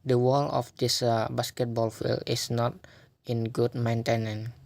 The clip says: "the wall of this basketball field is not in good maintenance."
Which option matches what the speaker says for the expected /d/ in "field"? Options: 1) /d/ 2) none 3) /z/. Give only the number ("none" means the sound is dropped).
2